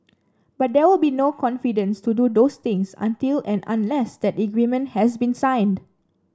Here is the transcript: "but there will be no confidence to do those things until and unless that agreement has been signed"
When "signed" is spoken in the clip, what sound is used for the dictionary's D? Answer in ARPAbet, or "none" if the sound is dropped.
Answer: D